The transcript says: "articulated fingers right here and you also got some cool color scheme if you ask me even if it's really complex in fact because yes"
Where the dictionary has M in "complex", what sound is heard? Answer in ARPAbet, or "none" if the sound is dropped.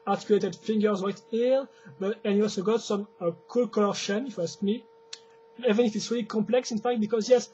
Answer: M